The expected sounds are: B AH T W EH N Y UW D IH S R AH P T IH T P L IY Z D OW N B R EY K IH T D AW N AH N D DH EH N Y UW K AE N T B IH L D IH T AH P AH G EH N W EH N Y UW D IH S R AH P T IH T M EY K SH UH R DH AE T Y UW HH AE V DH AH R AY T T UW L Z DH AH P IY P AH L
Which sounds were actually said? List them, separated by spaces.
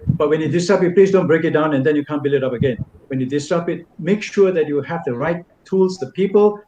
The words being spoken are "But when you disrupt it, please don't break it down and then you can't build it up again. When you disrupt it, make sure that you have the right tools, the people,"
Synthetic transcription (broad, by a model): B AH T W EH N Y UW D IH S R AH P IH T P L IY Z D OW N B R EY K IH T D AW N AH N D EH N Y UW K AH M B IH L IH T AH P AH G EH N W EH N Y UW D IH S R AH P IH T M EY K SH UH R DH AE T Y UW HH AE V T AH R AY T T UW L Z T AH P IY P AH L